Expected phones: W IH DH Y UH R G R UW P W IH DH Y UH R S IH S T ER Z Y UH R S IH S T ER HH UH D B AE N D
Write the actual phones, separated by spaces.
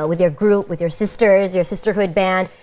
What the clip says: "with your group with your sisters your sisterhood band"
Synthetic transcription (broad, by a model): W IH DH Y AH R G R UW P W IH DH Y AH R S IH S T ER Z Y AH R S IH S T ER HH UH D B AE N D